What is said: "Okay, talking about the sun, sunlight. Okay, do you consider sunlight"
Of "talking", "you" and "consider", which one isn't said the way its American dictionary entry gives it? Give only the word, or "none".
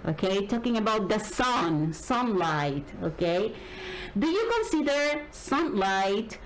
none